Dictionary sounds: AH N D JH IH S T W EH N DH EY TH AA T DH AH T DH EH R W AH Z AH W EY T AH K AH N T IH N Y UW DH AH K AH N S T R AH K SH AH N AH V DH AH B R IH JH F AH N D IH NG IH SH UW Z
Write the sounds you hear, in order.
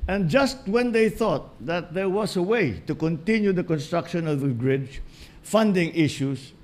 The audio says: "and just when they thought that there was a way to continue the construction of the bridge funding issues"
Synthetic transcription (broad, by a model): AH N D JH IH S T W EH N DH EY TH AA T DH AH T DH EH R W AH S AH W EY T AH K AH N T IH N Y UW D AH K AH N S T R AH K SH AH N AH V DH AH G R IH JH F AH N D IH NG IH SH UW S